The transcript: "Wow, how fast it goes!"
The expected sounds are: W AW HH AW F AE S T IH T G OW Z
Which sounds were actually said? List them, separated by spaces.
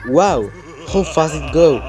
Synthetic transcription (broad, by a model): W AW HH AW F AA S IH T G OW